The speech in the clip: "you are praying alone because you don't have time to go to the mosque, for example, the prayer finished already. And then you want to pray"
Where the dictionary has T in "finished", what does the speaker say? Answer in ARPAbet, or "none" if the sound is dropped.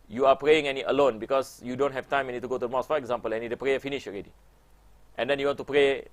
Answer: none